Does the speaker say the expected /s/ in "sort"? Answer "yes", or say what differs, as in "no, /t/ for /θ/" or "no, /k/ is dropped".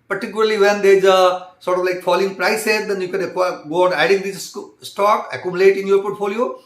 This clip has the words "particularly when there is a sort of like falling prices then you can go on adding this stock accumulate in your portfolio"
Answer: yes